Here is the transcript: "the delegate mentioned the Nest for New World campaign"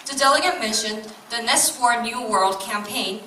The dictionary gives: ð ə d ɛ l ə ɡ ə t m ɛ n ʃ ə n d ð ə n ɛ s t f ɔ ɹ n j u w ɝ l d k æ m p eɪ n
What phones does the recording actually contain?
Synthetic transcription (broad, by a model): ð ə d ɛ l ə ɡ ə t m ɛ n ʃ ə n ð ə n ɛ s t f ɔ ɹ n j u w ɝ l d k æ m p eɪ n